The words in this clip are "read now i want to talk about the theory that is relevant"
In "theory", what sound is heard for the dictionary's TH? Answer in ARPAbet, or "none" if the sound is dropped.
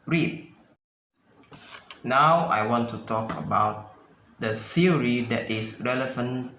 S